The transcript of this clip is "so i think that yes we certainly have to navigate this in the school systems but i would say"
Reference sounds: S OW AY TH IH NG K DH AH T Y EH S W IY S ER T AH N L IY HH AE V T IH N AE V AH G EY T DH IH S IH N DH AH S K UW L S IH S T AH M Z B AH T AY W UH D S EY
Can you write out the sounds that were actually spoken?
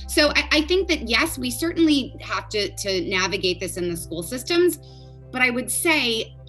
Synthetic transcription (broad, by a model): S OW AY TH IH NG K DH AH T Y EH S W IY S ER T N L IY HH AE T T IH N AE V AH G EY T DH IH S IH N DH AH S K UW L S IH S T AH M Z B AH T AY W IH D S EY